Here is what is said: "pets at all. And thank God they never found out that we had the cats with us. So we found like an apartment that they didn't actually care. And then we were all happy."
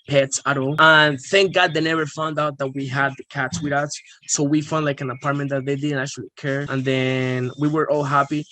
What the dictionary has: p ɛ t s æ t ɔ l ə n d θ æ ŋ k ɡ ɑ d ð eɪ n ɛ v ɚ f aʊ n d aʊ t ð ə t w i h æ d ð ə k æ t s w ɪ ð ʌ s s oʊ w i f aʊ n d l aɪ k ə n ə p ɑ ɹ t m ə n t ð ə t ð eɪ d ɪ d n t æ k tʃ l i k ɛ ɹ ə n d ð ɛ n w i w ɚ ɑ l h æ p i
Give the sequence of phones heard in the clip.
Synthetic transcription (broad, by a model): p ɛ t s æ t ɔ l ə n θ æ ŋ k ɡ ɑ d ð eɪ n ɛ v ɚ f aʊ n d aʊ t ð ə t w i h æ d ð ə k æ t s w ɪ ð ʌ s s oʊ w i f aʊ n d l aɪ k ə n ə p ɑ ɹ t m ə n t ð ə t ð eɪ d ɪ d n t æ k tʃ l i k ɛ ɹ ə n ð ɛ n w i w ɚ ɑ l h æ p i